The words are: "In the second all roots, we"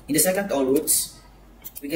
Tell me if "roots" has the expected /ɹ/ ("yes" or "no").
no